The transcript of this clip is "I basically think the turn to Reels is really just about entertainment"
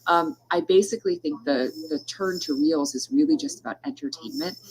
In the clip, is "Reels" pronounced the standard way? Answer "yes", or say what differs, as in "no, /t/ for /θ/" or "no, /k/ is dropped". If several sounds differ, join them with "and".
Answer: yes